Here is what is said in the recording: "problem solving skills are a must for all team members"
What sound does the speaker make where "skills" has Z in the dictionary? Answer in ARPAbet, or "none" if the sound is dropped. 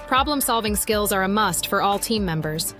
Z